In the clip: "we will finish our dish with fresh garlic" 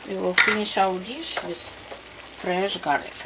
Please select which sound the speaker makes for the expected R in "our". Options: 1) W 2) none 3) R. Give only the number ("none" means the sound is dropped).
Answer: 1